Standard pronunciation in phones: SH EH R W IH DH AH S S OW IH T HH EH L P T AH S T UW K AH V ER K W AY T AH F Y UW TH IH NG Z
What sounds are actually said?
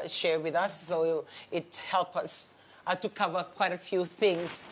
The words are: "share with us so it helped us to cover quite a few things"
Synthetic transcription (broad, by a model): SH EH R W IH DH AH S S OW IH T HH EH L P AH S T UW K AH V ER K W AY T AH F Y UW TH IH NG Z